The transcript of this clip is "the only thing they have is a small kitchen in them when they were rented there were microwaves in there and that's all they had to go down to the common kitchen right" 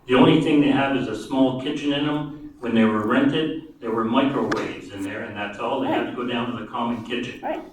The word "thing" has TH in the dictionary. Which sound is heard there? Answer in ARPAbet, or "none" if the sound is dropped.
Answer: TH